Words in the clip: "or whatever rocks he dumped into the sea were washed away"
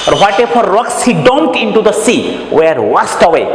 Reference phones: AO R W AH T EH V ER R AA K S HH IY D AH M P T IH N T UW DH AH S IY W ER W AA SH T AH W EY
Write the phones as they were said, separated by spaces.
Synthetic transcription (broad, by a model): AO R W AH T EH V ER R AA K S HH IY D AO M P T IH N T UW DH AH S IY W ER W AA S T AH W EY